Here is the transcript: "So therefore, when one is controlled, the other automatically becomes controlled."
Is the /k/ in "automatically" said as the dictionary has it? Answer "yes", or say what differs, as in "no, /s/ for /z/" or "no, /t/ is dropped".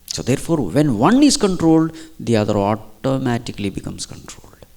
yes